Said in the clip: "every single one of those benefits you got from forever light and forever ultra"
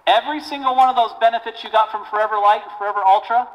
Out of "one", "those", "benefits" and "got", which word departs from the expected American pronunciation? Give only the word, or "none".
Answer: none